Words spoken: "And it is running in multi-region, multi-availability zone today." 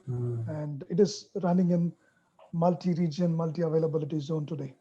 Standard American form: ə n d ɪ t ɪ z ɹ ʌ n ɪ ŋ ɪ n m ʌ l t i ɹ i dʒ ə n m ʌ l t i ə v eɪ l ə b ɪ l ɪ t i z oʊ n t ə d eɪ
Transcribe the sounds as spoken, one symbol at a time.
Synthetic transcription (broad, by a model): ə n d ɪ t ɪ z ɹ ʌ n ɪ ŋ ɪ n m ʌ l t i ɹ i dʒ ə n m ʌ l t i ə v eɪ l ə b ɪ l ɪ t i z oʊ n t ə d eɪ